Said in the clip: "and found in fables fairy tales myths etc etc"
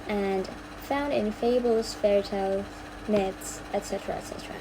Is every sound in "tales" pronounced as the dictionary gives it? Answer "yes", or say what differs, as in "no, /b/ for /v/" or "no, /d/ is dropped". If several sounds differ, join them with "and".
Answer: no, /z/ is dropped